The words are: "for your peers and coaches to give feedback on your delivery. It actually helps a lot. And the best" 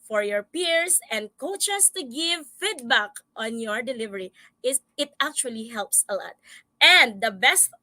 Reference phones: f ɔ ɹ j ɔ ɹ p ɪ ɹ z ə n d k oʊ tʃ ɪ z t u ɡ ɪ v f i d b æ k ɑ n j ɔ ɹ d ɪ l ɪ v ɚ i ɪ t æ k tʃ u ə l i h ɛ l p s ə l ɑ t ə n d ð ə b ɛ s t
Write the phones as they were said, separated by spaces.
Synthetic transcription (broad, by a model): f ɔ ɹ j ɔ ɹ p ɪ ɹ s ə n d k oʊ tʃ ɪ s t u ɡ ɪ v f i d b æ k ɑ n j ɔ ɹ d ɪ l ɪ v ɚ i ɪ t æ k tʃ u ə l i h ɛ l p s ə l ɑ t ə n d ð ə b ɛ s t